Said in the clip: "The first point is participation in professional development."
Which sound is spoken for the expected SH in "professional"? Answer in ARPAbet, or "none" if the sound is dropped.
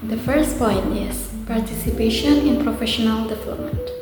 SH